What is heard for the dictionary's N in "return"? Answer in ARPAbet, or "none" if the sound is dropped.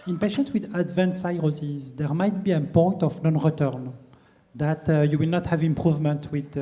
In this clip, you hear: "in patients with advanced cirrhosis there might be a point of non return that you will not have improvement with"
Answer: N